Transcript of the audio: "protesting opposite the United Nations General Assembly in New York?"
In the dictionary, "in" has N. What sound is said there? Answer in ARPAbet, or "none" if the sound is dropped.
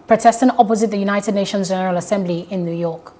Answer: N